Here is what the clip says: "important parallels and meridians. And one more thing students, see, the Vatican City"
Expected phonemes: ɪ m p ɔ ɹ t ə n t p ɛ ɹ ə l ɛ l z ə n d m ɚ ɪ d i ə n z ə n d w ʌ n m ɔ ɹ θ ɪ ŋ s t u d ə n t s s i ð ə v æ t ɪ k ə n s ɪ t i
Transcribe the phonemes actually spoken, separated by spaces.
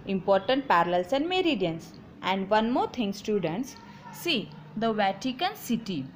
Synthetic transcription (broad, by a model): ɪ m p ɔ ɹ t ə n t p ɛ ɹ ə l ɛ l s ə n d m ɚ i d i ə n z ə n d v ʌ n m ɔ ɹ t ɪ ŋ s t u d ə n t s s i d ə v æ t ɪ k ə n s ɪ t i